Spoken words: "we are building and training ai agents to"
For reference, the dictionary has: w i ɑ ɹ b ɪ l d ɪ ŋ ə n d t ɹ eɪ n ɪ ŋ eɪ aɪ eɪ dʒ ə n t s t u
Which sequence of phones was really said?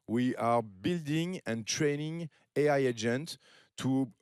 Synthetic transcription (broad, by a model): w i ɑ ɹ b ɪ l d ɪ ŋ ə n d t ɹ eɪ n ɪ ŋ eɪ aɪ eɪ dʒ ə n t t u